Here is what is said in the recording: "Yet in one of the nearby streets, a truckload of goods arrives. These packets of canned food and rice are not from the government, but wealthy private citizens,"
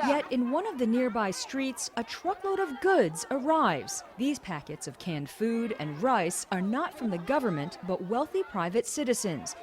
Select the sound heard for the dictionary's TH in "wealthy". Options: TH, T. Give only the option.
TH